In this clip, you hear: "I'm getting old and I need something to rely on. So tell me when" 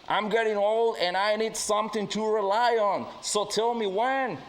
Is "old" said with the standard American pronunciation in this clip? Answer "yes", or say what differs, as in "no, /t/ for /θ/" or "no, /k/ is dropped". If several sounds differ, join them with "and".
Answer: yes